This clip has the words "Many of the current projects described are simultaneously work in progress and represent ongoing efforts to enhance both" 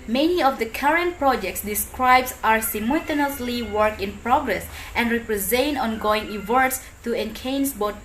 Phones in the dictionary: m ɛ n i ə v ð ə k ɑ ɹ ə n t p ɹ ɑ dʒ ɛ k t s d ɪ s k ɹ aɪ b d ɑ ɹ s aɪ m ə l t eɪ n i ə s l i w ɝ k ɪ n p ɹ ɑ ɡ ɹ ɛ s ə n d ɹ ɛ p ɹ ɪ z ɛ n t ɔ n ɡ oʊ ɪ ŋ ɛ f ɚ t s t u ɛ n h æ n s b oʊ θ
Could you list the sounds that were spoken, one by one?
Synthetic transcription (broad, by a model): m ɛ n i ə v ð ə k ɑ ɹ ə n t p ɹ ɑ dʒ ɛ k t s d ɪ s k ɹ aɪ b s ɑ ɹ s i m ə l t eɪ n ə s l i w ɝ k ɪ n p ɹ ɑ ɡ ɹ ɛ s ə n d ɹ ɛ p ɹ ɪ z ɛ n t ɔ n ɡ oʊ ɪ ŋ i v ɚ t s t u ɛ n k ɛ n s b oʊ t